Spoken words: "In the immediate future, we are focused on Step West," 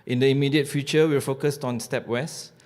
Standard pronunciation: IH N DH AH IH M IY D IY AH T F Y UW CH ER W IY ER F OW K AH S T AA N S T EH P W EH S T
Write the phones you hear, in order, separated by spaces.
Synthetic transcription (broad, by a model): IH N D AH IH M IY D IY AH T F Y UW CH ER W IY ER F OW K AH S T AA N S T EH P W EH S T